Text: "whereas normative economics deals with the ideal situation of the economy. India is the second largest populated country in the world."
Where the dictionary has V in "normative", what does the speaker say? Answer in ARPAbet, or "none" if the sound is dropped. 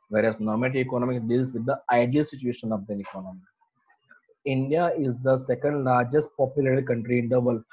none